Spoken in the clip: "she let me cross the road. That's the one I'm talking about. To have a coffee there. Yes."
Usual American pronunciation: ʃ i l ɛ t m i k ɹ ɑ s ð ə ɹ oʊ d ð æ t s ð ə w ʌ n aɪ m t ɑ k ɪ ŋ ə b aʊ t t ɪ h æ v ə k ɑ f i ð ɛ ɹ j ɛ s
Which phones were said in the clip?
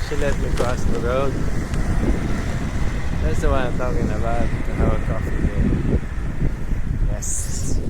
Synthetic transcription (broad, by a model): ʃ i l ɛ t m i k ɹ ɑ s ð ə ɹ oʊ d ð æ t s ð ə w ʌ aɪ m t ɑ k ɪ ŋ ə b aʊ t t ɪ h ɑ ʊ ə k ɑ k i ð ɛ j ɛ s